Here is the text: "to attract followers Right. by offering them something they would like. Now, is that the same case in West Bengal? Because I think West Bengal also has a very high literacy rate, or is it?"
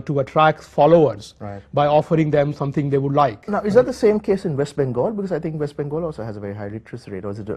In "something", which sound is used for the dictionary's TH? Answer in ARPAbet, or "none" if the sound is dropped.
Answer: T